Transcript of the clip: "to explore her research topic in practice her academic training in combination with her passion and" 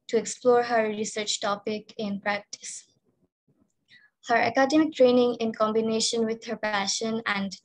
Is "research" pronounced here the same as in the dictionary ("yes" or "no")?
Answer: yes